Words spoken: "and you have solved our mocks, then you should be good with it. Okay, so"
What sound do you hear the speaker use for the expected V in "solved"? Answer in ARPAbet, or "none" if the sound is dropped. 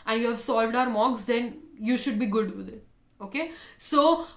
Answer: V